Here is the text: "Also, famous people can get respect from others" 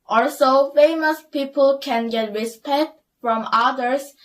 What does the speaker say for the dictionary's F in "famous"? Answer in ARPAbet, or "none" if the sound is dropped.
F